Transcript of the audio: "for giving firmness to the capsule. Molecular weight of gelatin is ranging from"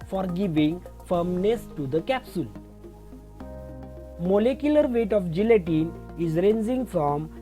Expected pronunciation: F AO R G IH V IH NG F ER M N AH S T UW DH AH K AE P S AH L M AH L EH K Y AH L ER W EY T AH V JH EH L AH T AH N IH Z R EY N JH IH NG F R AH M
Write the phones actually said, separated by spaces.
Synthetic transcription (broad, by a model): F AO R G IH V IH NG F ER M N AH S T UW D AH K AE P S AH L M AH L EH K Y AH L ER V EY T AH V JH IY L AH T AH N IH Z R EY N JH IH NG F R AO M